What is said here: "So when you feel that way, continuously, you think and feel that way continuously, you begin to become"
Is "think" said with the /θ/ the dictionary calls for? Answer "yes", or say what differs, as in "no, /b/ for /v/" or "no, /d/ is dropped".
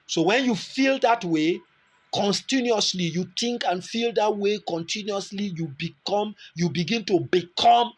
no, /t/ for /θ/